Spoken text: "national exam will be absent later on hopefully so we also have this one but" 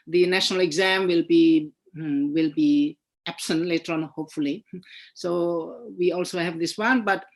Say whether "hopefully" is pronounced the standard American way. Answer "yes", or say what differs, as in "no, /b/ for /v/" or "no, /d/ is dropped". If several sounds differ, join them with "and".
yes